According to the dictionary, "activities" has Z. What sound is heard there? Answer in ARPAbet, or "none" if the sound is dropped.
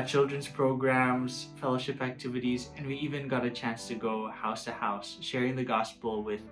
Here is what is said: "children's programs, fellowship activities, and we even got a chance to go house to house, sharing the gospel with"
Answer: Z